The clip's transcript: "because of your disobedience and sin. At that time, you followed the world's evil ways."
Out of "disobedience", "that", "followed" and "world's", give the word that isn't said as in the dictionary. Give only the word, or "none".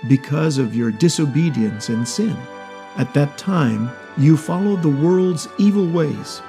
none